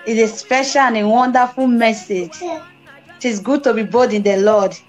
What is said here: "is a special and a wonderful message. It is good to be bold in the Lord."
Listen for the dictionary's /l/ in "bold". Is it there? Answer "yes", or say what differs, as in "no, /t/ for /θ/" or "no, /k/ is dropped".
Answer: no, /l/ is dropped